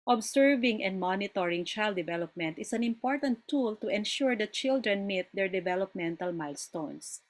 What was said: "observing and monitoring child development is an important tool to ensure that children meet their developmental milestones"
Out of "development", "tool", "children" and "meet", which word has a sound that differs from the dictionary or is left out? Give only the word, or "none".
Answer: none